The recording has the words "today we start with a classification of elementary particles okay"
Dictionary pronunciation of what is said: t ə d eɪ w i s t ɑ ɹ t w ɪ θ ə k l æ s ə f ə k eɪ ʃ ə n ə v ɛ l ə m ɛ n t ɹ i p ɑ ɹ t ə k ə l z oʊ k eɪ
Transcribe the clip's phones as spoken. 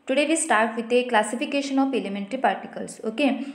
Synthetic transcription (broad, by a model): t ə d eɪ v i s t ɑ ɹ t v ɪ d ə k l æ s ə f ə k eɪ ʃ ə n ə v ɛ l ə m ɛ n t ɹ i p ɑ ɹ t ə k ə l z oʊ k eɪ